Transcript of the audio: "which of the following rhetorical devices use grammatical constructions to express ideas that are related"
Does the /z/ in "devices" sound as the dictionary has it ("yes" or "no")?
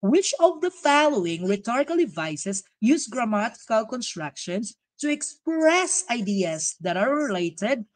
no